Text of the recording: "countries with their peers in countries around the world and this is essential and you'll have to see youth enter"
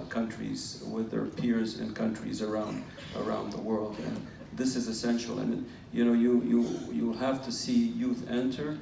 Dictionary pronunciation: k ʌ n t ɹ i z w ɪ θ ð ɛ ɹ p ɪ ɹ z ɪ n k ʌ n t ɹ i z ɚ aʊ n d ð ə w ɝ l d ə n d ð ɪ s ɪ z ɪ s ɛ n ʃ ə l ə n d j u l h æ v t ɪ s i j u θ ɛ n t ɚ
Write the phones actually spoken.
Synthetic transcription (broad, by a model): k ʌ n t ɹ i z w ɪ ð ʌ ɹ p ɪ ɹ z ɪ n k ʌ n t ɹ i z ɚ aʊ n d ð ə w ɝ l d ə n ð ɪ s ɪ z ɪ s ɛ n ʃ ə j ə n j j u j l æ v t ɪ s i j u θ ɛ n t ɚ